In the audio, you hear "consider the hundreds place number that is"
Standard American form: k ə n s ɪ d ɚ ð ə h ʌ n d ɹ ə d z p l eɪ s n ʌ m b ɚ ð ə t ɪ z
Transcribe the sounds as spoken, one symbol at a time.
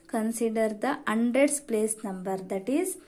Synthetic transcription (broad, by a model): k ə n s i d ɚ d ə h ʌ n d ɹ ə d s p l eɪ s n ʌ m b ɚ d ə t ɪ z